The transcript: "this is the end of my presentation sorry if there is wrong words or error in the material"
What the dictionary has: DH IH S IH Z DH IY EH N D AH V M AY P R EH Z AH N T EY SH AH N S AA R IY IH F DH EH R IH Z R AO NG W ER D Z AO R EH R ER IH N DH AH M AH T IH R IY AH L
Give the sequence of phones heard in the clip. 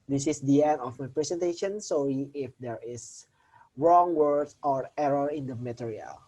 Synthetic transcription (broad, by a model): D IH S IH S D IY EH N D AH F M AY P R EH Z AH N T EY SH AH N S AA L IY IH F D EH R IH S R AO NG W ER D AO R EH R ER IH N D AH M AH T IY R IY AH L